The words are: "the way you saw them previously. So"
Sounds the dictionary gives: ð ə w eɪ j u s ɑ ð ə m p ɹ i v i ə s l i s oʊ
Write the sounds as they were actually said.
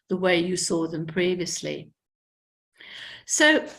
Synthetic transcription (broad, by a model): ð ə w eɪ j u s ɑ ð ə m p ɹ i v i ə s l i s oʊ